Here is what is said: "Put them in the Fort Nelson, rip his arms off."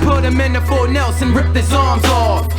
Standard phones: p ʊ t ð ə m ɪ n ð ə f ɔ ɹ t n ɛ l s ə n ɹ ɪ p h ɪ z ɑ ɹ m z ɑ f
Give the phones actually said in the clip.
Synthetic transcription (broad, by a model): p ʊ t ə m ɪ n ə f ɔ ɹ n ɛ l s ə n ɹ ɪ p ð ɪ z ɑ ɹ m z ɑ